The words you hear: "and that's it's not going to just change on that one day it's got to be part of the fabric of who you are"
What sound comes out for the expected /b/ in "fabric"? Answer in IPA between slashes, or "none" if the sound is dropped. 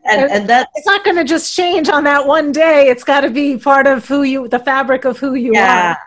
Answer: /b/